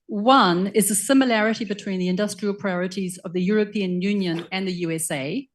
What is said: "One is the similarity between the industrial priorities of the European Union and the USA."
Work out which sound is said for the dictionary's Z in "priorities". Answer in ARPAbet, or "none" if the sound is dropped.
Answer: Z